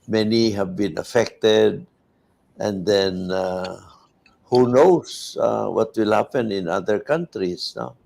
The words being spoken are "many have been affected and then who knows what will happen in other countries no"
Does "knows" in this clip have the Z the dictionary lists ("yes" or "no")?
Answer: no